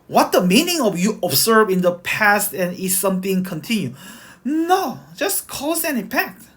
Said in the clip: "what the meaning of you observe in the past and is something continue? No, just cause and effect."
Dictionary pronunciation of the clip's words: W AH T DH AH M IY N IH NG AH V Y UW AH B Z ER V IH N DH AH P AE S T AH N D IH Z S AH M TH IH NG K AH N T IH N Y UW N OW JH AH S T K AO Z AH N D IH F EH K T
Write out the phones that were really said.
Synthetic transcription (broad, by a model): W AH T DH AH M IY N IH NG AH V Y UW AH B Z ER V IH N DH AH P AE S T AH N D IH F S AH M TH IH NG K AH N T IH N Y UW N OW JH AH S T K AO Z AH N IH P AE K T